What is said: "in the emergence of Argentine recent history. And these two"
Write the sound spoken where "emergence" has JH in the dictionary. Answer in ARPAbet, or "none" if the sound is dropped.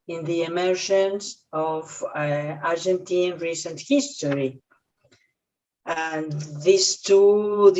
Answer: SH